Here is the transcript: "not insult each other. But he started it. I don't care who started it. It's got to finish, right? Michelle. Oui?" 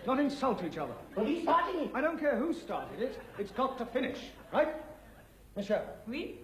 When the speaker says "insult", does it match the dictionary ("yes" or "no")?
yes